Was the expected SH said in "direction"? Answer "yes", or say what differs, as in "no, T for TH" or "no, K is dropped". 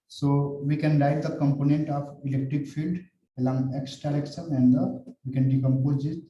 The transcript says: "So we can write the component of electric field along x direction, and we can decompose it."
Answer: no, S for SH